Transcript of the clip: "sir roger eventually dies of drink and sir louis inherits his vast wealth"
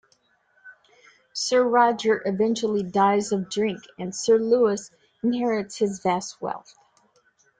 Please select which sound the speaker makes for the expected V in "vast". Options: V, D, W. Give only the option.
V